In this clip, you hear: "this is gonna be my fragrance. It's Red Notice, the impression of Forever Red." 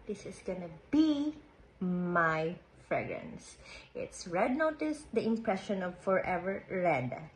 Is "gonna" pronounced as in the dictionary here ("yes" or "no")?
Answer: yes